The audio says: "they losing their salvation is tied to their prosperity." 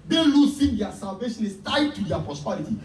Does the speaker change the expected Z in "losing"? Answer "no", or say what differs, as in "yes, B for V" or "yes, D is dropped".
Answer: yes, S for Z